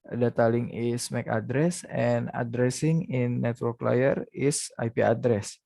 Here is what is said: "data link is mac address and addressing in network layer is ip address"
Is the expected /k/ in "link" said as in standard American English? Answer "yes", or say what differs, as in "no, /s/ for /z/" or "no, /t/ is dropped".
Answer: no, /k/ is dropped